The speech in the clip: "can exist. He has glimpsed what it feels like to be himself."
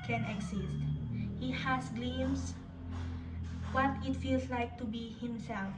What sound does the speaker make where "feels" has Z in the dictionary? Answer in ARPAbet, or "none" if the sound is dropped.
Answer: S